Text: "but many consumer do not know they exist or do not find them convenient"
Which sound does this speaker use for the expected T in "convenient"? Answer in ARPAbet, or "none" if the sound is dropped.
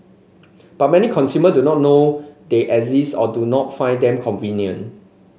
none